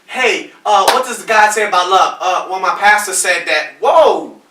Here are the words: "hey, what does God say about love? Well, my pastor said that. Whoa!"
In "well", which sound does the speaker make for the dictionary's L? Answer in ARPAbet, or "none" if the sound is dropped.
N